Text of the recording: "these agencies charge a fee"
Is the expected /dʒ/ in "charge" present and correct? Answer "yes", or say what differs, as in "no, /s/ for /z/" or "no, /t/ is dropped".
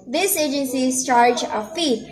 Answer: yes